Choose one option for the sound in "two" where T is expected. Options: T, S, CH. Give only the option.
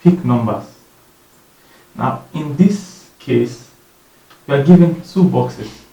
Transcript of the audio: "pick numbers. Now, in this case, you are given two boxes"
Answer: S